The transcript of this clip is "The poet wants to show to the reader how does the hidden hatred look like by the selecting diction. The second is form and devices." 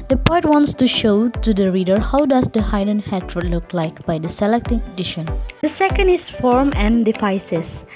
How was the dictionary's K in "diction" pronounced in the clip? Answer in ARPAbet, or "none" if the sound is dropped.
none